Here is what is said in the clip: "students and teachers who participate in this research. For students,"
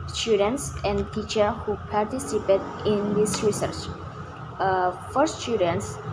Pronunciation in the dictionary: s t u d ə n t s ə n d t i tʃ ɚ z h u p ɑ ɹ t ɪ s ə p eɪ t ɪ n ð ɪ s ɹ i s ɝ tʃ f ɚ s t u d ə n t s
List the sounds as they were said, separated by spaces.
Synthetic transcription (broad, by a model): s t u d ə n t s ə n d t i tʃ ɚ h u p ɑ ɹ t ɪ s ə p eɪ t ɪ n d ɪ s ɹ i s ɝ tʃ f ɚ s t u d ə n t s